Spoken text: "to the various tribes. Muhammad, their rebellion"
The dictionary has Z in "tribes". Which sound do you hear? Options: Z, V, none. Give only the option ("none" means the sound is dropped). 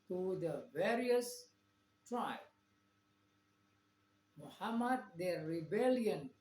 none